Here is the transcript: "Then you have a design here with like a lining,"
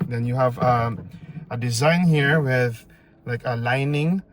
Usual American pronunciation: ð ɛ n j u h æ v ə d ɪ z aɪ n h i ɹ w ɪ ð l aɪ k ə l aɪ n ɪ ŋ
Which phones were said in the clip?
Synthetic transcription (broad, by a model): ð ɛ n j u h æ v ə d ɪ z aɪ n h i ɹ w ɪ ð l aɪ k ə l aɪ n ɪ ŋ